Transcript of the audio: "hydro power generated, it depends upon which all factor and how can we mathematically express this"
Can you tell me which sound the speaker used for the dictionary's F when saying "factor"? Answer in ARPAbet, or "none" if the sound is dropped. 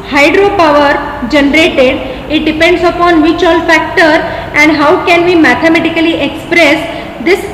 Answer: F